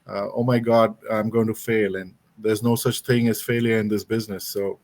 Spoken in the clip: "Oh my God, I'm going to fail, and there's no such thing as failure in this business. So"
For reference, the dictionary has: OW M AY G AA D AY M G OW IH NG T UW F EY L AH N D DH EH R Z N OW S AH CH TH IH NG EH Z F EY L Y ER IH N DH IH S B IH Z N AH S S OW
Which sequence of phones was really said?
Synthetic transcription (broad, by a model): OW M AY G AA D AY M G OW IH NG T UW F EY L AH N D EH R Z N OW S AH CH T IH NG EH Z F EY L Y ER IH N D IH S B IH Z N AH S S OW